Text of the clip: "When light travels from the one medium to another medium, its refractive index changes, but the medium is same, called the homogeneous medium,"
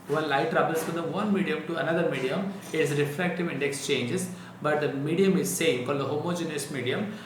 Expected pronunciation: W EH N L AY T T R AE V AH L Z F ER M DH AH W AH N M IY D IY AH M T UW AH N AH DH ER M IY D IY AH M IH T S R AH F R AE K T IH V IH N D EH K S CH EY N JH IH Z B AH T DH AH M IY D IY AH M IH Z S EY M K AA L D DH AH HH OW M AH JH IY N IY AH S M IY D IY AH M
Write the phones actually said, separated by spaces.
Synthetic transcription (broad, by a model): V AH N L AY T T R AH B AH L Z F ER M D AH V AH N M IY D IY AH M T UW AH N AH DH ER M IY D IY AH M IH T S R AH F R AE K T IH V IH N D EH K S CH EY N JH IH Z B AH T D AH M IY D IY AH M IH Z S EY M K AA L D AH HH OW M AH JH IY N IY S M IY D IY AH M